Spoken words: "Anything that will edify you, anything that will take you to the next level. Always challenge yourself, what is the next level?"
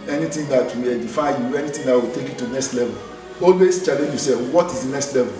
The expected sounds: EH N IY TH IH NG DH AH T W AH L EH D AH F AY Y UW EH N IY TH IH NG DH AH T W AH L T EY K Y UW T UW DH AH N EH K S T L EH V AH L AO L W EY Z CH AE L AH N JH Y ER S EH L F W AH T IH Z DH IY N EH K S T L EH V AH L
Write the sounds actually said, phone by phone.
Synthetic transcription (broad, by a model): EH N IY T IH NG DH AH T W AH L EH D AH F AY Y UW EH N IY T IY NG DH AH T W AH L T EY K Y UW T UW N EH K S T L EH V AH L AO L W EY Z CH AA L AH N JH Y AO S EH F W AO T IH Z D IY N EH K S T L EH V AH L